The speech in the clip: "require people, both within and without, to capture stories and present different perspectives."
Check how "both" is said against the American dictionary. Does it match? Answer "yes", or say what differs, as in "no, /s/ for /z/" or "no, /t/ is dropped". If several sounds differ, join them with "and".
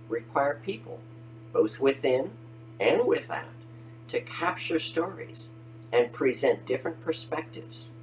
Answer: yes